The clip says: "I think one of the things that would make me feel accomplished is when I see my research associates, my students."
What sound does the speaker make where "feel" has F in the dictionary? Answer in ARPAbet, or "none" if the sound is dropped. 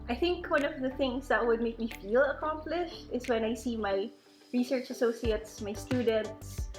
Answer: F